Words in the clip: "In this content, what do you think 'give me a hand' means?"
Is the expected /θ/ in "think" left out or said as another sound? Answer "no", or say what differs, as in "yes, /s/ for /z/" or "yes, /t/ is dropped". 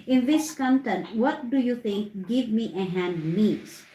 yes, /t/ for /θ/